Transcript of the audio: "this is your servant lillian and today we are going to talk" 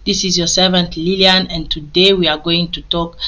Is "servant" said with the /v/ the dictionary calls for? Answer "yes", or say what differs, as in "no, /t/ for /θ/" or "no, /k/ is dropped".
yes